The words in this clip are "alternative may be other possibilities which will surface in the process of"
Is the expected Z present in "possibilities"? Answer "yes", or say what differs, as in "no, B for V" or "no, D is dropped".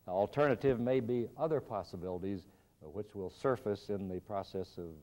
yes